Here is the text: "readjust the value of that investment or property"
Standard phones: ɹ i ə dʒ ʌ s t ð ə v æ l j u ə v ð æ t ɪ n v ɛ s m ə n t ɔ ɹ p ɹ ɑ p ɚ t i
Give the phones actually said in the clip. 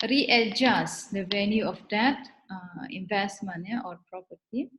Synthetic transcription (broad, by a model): ɹ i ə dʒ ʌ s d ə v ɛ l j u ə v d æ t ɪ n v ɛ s m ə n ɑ ɔ ɹ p ɹ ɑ p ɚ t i